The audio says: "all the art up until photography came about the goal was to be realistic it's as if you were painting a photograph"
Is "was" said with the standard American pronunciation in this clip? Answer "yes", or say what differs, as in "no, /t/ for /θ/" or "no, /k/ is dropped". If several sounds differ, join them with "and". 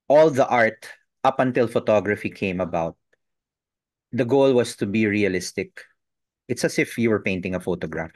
no, /s/ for /z/